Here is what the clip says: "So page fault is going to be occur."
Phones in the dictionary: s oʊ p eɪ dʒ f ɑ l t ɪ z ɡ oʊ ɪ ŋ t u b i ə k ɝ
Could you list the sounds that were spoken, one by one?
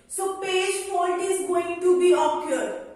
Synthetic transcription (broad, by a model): s oʊ p eɪ dʒ p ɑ n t ɪ z ɡ oʊ ɪ ŋ t u b i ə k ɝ